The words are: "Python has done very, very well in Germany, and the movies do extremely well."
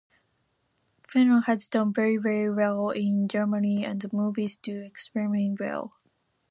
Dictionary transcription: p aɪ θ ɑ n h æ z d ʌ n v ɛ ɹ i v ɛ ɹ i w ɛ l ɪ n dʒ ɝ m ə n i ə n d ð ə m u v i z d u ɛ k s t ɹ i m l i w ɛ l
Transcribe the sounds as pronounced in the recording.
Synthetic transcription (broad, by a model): f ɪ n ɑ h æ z d ʌ n v ɛ ɹ i v ɛ ɹ i w ɛ l ɪ n dʒ ɝ m ə n i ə n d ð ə m u v i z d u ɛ k s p ɹ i m i w ɛ l